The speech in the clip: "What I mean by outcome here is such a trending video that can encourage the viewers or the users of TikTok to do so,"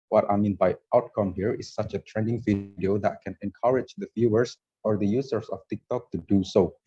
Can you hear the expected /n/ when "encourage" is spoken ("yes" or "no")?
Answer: yes